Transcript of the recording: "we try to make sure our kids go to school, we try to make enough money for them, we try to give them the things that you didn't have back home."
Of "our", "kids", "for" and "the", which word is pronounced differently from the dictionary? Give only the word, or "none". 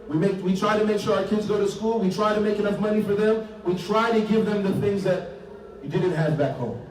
none